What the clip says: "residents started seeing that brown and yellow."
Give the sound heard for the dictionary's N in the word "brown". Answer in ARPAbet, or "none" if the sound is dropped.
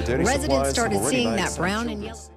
none